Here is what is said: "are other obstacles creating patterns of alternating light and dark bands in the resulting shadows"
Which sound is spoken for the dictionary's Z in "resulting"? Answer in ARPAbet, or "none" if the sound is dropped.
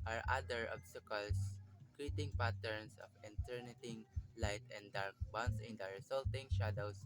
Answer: S